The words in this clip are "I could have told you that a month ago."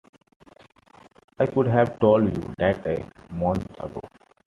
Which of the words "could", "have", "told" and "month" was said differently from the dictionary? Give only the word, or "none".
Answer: month